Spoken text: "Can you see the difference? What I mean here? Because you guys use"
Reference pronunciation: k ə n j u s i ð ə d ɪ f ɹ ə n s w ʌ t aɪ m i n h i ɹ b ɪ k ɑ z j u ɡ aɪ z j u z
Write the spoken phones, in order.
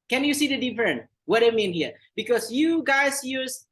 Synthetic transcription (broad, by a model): k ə n j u s i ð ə d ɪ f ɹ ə n w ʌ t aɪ m i n h i ɹ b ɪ k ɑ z j u ɡ aɪ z j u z